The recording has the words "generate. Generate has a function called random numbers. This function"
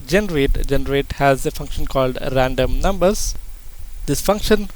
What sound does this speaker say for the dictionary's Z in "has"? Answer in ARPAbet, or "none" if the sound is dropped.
Z